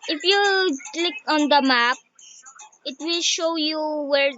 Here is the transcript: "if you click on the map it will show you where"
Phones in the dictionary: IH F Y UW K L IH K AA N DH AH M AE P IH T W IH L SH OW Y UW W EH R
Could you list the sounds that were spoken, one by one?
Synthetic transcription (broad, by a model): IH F Y UW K L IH K AA N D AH M AE P IH T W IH L SH OW Y UW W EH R